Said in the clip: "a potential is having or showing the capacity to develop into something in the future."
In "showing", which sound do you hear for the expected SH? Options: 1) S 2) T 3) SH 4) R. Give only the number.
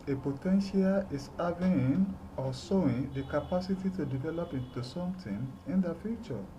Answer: 1